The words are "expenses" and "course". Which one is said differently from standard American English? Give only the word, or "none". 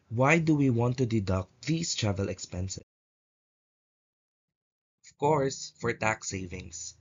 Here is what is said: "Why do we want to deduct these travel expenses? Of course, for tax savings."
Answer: expenses